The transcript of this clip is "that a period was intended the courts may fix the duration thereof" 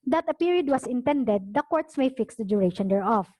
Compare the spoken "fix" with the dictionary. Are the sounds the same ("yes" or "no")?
yes